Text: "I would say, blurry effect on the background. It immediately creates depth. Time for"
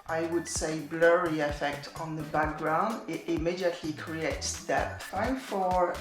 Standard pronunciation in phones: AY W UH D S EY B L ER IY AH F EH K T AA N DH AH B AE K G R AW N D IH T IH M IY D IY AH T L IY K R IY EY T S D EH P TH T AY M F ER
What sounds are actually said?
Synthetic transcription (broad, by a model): AY W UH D S EY B L ER IY AH F EH K T N DH AH B AE K G R AW N D IH T IH M IY D IY AH T L IY K R IY EY T S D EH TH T AY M F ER